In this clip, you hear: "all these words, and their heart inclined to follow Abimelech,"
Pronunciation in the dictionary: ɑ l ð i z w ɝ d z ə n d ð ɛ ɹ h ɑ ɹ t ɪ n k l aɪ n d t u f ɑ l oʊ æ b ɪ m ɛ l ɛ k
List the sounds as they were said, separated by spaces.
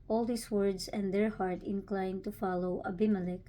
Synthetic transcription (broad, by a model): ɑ l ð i s w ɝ d s ə n d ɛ ɹ h ɑ ɹ t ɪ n k l aɪ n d t u f ɑ l oʊ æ b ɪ m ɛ l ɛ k